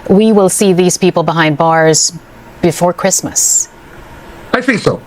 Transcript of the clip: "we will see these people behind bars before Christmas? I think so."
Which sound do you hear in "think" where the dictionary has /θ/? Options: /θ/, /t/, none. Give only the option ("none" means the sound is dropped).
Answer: /θ/